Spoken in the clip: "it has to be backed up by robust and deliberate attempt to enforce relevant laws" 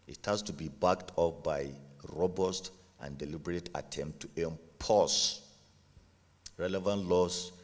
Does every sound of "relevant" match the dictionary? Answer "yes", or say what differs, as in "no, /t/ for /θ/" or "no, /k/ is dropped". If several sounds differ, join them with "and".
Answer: yes